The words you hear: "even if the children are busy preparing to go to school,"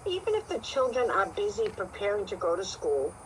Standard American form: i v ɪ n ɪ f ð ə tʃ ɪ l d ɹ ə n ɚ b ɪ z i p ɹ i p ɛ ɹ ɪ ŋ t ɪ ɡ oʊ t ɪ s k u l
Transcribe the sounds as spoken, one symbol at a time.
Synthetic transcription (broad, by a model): i v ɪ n ɪ f ð ə tʃ ɪ l d ɹ ə n ɚ b ɪ z i p ɹ i p ɛ ɹ ɪ ŋ t ɪ ɡ oʊ t ɪ s k u l